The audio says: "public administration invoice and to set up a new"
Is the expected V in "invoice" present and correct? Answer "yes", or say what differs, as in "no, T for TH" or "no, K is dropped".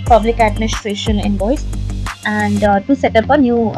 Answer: no, B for V